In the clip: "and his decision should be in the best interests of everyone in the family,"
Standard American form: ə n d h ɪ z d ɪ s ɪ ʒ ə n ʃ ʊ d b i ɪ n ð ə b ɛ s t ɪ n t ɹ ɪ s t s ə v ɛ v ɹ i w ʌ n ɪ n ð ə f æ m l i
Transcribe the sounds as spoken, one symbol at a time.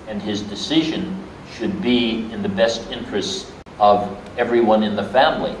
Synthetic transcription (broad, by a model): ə n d ɪ z d ɪ s ɪ ʒ ə n ʃ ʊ d b i ɪ n ð ə b ɛ s t ɪ n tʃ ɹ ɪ s t s ə v ɛ v ɹ i w ʌ n ɪ n ð ə f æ m l i